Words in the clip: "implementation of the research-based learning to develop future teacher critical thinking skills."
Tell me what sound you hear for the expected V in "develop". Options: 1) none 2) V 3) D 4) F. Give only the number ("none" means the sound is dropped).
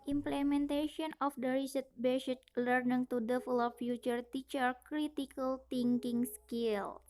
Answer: 4